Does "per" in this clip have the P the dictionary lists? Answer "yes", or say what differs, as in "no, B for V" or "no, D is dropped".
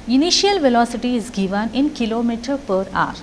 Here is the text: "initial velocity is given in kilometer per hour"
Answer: yes